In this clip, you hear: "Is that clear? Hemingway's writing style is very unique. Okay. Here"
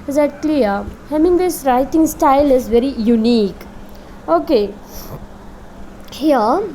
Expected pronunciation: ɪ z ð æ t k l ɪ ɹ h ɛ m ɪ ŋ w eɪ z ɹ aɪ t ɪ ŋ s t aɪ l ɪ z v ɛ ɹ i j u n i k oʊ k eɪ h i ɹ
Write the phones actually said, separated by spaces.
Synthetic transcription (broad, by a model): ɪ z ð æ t k l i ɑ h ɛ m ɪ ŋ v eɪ s ɹ aɪ t ɪ ŋ s t aɪ l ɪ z v ɛ ɹ i j u n i k oʊ k eɪ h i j